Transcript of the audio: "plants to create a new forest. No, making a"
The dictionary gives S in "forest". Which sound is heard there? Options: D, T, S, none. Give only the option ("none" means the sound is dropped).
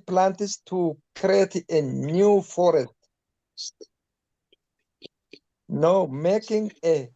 none